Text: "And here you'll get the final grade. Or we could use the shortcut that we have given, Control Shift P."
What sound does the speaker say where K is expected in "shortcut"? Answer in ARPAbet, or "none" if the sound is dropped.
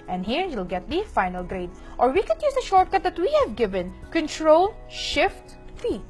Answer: K